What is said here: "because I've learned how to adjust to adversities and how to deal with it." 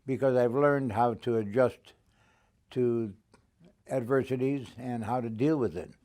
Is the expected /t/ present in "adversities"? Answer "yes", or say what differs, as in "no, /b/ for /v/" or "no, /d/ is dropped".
yes